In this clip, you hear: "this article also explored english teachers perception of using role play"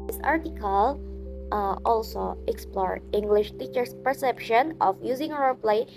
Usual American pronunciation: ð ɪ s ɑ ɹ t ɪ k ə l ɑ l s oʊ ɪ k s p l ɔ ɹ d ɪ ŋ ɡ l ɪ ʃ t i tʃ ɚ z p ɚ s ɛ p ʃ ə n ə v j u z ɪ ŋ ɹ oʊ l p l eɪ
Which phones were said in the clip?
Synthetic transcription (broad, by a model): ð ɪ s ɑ ɹ t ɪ k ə l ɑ l s oʊ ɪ k s p l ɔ ɹ ɪ ŋ ɡ l ɪ ʃ t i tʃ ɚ s p ɚ s ɛ p ʃ ə n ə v j u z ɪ ŋ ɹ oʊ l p l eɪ